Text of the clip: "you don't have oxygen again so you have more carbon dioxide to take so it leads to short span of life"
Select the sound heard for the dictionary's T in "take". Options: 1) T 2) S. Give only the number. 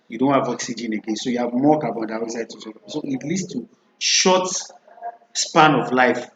2